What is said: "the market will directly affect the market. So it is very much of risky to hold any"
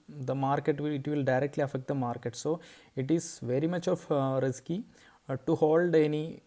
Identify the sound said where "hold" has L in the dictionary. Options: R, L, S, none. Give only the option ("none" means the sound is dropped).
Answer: L